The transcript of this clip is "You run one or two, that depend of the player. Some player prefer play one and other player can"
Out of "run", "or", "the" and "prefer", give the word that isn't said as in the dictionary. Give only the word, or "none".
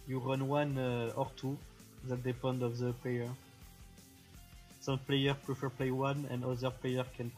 none